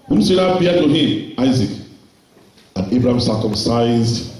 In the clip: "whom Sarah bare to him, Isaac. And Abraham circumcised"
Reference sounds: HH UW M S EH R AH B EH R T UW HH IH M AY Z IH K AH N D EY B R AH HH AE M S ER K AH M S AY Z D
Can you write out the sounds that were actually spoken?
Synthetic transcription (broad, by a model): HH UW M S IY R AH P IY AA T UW HH IH M AY Z IH K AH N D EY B R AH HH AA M S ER K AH M S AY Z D